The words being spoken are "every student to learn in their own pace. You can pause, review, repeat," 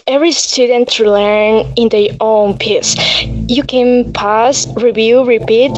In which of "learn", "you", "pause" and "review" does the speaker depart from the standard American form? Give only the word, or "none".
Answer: pause